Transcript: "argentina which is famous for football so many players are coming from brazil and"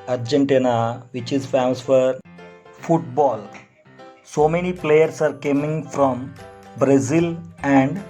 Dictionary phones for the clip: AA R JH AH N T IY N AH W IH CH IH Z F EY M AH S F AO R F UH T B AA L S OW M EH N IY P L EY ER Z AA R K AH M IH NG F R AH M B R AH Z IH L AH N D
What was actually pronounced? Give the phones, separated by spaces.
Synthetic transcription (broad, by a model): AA R JH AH N T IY N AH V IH CH IH Z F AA AH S F AO R F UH T B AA L S OW M EH N IY P L EY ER S AA R K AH M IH NG F R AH M B R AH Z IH L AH N D